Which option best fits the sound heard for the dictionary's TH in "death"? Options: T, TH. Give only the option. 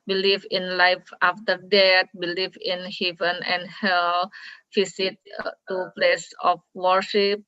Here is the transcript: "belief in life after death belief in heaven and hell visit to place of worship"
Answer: T